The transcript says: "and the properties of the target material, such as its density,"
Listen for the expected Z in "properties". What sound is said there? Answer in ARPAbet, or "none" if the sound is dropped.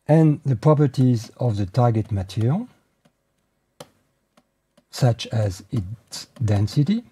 Z